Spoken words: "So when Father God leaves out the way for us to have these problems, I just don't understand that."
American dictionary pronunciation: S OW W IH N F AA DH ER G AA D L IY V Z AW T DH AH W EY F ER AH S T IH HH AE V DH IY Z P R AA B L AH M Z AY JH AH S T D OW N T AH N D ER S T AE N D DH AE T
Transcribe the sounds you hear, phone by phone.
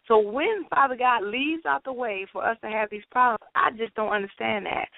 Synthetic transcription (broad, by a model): S OW W IH N F AA DH ER G AA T L IY V Z AW T DH AH W EY F ER AH S T IH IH V DH IY Z P R AA B L AH M Z AY JH AH S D OW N T AH N D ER S T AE N DH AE T